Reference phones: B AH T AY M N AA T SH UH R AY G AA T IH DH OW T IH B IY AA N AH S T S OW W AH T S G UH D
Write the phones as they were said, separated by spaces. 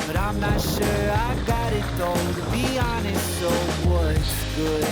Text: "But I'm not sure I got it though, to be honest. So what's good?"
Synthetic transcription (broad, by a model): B AH T AY M N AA T SH UH R AY G AA T IH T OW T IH B IY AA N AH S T S OW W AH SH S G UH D